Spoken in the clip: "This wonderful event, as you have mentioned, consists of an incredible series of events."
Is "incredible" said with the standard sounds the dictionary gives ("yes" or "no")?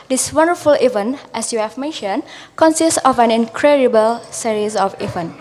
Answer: yes